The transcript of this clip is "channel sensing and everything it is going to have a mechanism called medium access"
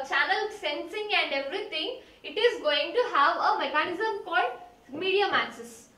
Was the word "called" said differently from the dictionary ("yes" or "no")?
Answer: yes